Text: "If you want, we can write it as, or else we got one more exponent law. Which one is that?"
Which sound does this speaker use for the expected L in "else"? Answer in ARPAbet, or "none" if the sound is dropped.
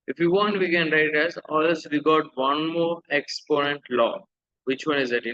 none